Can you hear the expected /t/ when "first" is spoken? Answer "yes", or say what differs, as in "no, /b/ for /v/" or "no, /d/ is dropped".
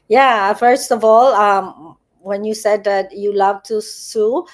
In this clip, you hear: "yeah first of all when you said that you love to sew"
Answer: yes